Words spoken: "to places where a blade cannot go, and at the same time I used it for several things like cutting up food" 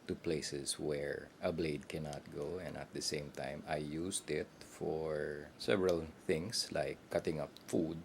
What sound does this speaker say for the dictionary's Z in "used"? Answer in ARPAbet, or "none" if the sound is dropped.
S